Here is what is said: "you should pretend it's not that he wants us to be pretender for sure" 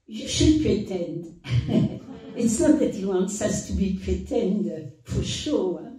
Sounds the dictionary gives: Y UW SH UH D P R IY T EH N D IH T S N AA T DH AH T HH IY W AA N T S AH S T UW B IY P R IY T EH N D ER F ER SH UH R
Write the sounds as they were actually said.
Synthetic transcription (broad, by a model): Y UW SH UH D P R IY T EH N D IH T S N AA T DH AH T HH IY W AA N T S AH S T UW B IY P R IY T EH N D F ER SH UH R